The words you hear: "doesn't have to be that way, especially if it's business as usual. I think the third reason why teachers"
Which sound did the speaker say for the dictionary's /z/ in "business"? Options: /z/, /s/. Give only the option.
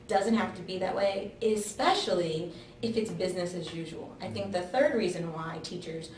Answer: /z/